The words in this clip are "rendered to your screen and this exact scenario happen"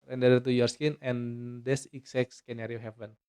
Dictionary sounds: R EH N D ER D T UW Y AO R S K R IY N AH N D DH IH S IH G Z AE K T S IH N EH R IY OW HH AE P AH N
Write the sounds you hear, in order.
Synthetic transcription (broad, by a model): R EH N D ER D T UW Y AO R S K IY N AH N D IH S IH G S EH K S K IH N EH R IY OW HH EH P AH N